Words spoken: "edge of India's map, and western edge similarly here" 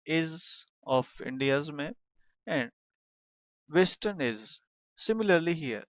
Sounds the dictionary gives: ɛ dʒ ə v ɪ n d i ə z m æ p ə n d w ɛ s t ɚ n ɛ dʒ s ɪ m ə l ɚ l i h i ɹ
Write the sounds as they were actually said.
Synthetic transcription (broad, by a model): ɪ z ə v ɪ n d i ə z m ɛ ə n d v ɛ s t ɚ n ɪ z s ɪ m ə l ɚ l i h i ɹ